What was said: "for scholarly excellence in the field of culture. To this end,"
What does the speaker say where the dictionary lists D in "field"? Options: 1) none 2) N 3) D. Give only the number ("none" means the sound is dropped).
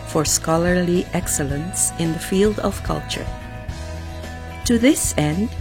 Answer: 3